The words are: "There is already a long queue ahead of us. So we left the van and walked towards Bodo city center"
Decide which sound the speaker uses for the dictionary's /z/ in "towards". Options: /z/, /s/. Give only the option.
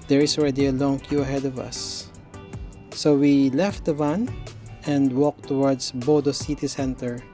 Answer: /s/